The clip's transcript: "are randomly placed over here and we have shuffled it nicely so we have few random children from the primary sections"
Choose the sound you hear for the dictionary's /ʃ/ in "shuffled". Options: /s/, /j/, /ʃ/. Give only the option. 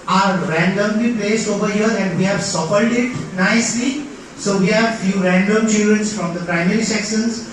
/s/